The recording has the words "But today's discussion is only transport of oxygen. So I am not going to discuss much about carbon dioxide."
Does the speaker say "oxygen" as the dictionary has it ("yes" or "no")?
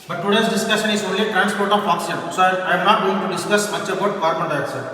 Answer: no